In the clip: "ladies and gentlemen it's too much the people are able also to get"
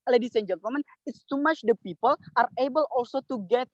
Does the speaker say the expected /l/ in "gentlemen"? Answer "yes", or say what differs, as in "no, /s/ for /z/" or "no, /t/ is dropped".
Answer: no, /l/ is dropped